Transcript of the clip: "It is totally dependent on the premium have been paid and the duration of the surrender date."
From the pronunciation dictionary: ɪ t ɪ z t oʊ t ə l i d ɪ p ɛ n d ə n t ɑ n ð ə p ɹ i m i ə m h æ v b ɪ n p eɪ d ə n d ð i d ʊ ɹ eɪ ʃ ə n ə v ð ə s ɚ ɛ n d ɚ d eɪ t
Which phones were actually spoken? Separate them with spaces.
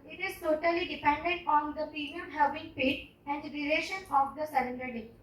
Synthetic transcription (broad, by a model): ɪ t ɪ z t oʊ t ə l i d ɪ p ɛ n d ə n t ɑ n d ə p i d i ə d h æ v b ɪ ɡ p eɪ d ə n d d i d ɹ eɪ ʃ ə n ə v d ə s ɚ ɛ n d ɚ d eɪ